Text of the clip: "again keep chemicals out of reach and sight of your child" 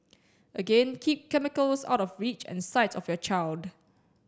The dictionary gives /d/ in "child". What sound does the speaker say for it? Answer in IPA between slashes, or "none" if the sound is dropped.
/d/